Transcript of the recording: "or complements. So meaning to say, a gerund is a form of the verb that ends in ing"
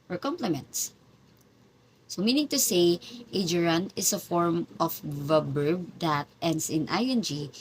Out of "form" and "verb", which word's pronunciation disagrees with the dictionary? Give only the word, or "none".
verb